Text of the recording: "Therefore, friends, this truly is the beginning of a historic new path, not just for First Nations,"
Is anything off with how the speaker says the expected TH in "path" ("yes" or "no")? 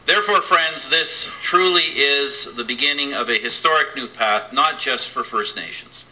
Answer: no